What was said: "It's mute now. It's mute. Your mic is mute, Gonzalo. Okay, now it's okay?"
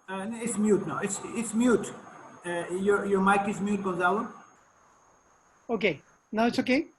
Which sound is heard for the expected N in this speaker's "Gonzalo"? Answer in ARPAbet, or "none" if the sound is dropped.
none